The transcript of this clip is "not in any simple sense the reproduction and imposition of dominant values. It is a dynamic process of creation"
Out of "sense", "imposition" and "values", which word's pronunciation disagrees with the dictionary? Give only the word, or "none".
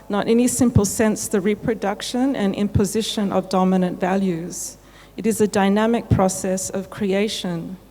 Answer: none